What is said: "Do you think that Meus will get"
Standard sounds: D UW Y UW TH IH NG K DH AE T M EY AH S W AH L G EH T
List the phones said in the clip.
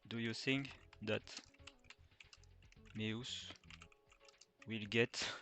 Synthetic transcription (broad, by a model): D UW Y UW TH IH NG K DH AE T M EY AH S W AH L G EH T